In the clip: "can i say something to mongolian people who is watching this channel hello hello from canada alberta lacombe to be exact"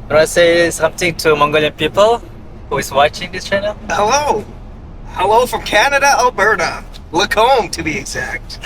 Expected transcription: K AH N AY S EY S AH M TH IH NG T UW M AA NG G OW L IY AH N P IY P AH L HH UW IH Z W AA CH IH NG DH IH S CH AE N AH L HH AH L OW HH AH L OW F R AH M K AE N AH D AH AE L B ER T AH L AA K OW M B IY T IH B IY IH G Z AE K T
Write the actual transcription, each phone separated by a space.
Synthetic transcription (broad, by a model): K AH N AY S EY S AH M T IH NG T UW M AA NG G OW L IY AH N P IY P AH L HH UW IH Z W AA CH IH NG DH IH S CH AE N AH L HH AH L OW HH AH L OW F R AH M K AE N AH D AH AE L B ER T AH L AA K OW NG T IH B IY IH G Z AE K T